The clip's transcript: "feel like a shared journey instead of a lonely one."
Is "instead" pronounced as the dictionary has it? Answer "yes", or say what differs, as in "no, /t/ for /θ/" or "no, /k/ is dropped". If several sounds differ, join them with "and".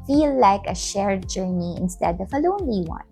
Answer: yes